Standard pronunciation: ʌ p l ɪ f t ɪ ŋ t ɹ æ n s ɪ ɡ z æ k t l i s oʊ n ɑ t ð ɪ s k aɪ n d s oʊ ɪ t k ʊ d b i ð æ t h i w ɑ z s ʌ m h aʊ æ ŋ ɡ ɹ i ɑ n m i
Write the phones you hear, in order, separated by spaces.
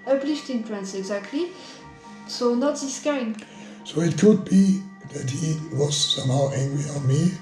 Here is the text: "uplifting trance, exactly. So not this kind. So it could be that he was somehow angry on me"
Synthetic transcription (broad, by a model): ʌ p l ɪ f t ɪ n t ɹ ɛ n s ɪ ɡ z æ k t l i s oʊ n ɑ t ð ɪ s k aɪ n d s oʊ ɪ t k ʊ d b i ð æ t h i w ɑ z s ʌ m h aʊ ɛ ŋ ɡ i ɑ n m i